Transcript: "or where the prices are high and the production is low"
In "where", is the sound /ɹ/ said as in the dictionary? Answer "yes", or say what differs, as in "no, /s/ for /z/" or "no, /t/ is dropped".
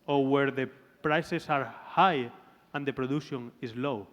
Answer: yes